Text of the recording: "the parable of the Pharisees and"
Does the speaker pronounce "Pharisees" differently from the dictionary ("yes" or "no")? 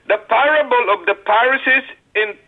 yes